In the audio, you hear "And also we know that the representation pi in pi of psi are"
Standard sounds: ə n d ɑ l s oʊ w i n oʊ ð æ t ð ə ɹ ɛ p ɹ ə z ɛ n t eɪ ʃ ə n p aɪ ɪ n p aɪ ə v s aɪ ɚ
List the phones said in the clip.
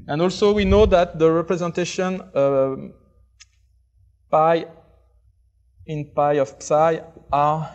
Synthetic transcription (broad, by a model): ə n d ɑ l s oʊ w i n oʊ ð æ t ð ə ɹ ɛ p ɹ ə z ɛ n t eɪ ʃ ə n p aɪ ɪ n p aɪ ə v s aɪ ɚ